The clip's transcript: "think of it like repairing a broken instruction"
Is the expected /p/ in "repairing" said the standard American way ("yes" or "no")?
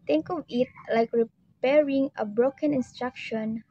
yes